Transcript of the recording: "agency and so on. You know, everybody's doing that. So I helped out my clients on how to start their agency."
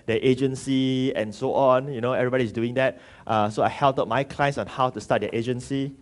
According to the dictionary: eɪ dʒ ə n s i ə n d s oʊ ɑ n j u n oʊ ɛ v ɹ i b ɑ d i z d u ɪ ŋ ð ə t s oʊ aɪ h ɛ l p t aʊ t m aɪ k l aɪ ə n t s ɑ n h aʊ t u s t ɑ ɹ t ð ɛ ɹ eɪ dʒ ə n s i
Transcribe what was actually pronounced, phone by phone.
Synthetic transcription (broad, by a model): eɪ dʒ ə n s i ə n s oʊ ɑ n j u n oʊ ɛ v ɹ i b ɑ d i s d u ɪ ŋ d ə t s oʊ aɪ h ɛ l t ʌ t m aɪ k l aɪ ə n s ɑ n h aʊ t u s t ɑ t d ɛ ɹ eɪ dʒ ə n s i